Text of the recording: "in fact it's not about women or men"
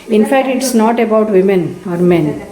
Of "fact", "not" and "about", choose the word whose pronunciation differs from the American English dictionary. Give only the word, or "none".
none